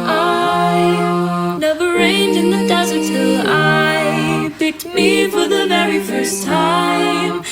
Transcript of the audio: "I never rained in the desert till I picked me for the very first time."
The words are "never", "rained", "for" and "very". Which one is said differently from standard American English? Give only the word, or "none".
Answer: none